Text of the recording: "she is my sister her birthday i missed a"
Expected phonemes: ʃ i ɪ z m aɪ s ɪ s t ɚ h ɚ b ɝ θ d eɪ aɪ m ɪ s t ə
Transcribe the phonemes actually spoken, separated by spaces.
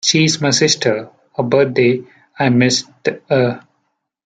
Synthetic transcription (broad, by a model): ʃ i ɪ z m aɪ s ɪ s t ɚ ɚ b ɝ t d eɪ aɪ m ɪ s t ə